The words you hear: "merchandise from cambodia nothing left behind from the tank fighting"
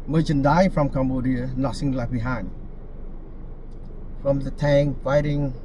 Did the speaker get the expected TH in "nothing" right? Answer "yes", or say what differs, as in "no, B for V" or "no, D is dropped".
no, S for TH